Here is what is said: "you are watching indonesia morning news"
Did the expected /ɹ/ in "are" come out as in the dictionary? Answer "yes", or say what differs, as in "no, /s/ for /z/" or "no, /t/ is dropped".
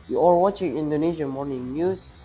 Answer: no, /l/ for /ɹ/